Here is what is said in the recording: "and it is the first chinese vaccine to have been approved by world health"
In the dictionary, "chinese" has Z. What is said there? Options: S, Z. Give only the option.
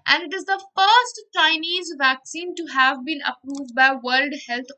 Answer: Z